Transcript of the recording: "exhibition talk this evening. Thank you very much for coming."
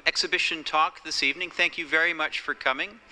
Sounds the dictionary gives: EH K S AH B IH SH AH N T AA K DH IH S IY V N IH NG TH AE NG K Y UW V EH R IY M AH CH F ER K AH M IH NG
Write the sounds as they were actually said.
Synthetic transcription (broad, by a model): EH K S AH B IH SH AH N T AA K DH IH S IY V N IH NG TH AE NG K Y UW V EH R IY M AH CH F ER K AH M IH NG